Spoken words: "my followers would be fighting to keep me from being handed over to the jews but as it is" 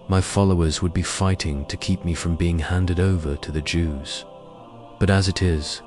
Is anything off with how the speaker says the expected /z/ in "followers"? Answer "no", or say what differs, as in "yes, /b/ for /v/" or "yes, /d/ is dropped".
no